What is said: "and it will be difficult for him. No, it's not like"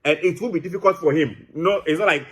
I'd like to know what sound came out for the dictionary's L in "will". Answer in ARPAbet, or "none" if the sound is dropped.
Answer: N